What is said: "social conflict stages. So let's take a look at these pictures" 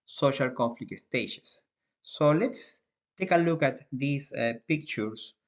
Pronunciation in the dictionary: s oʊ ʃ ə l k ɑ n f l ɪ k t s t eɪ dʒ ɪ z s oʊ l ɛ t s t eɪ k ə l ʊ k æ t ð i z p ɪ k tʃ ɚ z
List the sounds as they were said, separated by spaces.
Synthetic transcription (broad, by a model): s oʊ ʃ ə l k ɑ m f l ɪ k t s t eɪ ʃ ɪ s oʊ l ɛ t s t eɪ k ə l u k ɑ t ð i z p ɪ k tʃ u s